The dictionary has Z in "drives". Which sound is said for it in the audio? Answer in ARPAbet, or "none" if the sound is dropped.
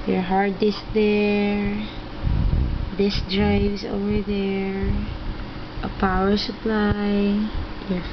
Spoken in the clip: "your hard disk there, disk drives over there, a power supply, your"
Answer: S